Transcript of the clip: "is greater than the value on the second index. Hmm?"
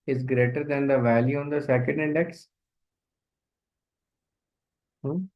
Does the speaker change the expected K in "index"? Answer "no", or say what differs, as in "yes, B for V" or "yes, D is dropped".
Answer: no